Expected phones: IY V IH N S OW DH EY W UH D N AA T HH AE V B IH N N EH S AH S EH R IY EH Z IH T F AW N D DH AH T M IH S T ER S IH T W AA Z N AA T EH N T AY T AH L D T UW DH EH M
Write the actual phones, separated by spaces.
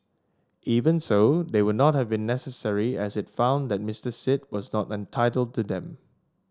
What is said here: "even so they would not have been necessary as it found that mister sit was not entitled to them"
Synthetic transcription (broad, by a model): IY V IH N S OW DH EY W UH D N AA T HH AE V B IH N N EH S AH S EH R IY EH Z IH T F AW N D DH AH T M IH S T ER S IH T W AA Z N AA T EH N T AY T AH L D T UW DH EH M